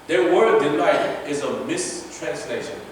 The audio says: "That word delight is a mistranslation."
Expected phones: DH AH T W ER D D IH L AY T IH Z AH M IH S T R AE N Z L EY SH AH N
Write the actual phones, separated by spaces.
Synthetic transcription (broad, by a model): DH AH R W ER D D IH N AY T IH Z AH M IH S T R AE N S L EY SH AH N